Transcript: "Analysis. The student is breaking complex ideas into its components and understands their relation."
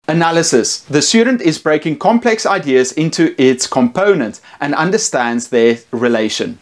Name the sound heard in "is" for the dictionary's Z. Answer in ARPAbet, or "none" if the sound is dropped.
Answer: Z